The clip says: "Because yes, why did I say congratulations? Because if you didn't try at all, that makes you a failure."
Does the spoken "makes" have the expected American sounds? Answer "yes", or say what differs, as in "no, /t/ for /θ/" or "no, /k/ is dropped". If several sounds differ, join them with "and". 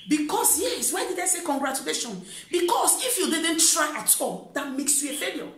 yes